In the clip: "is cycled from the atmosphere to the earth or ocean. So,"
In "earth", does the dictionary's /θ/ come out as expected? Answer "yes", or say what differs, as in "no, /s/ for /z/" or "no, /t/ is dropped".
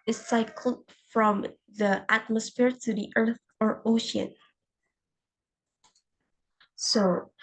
yes